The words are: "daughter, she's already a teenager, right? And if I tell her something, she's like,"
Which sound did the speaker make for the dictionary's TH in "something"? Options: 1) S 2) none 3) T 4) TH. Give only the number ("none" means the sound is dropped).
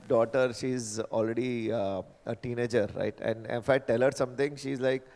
3